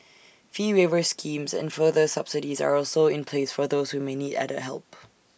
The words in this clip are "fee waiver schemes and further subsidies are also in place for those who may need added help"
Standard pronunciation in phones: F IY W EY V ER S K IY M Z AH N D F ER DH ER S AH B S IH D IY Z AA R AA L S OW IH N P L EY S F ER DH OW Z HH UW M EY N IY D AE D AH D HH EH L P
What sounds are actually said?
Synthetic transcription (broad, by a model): F IY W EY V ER S K IY M Z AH N F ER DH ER S AH B S IH D IY Z AA R AA L S OW IH N P L EY S F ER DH OW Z HH UW M EY N IY D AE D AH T HH EH L P